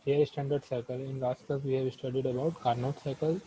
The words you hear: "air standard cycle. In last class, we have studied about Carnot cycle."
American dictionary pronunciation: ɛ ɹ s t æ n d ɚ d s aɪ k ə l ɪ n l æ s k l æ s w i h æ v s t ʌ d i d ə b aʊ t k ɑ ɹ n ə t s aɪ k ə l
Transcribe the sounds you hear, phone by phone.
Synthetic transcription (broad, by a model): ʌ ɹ s t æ n d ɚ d s aɪ k ə l ɪ n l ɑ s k ʌ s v i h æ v s t ʌ d i d ə b aʊ t k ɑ ɹ n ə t s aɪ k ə l